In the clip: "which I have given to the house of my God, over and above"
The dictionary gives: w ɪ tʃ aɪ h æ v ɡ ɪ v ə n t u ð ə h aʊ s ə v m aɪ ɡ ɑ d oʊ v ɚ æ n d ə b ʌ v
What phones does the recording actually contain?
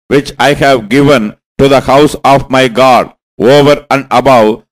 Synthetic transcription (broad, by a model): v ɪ tʃ aɪ h æ v ɡ ɪ v ə n t u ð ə h aʊ s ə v m aɪ ɡ ɑ d oʊ v ɚ æ n d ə b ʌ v